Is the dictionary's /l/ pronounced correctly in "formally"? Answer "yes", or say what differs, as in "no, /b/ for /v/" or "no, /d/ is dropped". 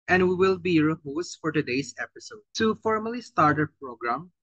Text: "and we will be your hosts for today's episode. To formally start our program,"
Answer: yes